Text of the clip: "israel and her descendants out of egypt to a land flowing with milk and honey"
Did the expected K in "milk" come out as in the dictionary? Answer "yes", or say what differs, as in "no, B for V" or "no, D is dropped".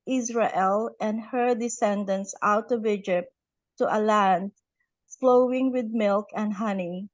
yes